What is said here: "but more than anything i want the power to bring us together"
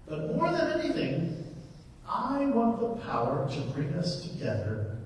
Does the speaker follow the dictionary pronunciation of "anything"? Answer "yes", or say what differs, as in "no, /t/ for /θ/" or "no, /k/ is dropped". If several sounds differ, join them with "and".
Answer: yes